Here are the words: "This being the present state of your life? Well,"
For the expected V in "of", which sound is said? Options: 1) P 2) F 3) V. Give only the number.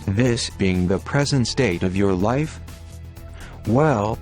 3